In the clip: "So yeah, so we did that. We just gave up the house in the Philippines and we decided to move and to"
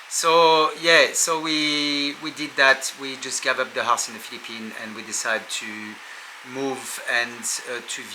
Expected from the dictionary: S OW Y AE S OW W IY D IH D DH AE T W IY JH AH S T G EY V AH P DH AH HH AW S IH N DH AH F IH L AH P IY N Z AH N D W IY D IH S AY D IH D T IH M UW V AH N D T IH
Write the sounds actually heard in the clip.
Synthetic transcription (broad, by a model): S OW Y AE S OW W IY D IH D DH AE T W IY JH AH S T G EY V AH P DH AH HH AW S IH N DH AH F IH L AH P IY N AH N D W IY D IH S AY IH D T IH M UW V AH N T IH